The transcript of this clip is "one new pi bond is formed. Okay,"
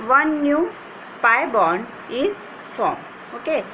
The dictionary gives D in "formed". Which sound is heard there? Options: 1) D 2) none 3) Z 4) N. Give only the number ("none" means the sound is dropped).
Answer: 2